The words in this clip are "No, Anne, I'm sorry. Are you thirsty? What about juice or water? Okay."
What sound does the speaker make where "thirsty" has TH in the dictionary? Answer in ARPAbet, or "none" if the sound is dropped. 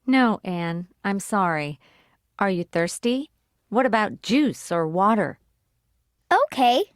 TH